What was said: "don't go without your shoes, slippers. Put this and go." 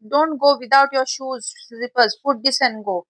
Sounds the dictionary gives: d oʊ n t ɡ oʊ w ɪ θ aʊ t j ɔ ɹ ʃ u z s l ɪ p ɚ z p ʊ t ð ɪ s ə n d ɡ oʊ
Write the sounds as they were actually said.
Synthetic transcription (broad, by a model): d oʊ n t ɡ oʊ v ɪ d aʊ t j ɔ ɹ ʃ u z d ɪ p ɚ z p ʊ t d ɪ s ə n ɡ oʊ